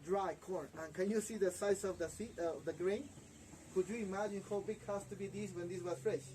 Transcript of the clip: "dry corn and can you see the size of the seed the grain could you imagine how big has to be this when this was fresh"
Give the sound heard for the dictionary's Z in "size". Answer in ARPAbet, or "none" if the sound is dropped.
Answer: S